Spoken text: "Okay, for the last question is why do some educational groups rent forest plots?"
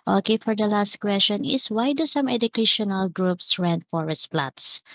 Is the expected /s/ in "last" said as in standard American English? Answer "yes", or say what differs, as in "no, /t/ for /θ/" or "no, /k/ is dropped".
yes